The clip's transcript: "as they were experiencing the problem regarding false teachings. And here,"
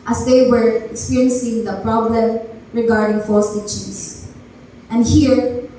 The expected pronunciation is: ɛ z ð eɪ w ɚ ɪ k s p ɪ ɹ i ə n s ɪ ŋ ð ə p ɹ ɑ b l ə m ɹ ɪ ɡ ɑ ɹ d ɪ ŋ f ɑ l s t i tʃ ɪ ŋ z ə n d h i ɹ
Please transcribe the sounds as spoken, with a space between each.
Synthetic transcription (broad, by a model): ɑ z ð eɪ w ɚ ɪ k s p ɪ ɹ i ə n s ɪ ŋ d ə p ɹ ɑ b l ə m ɹ ɪ ɡ ɑ ɹ d ɪ ŋ f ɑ s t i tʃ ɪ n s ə n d h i ɹ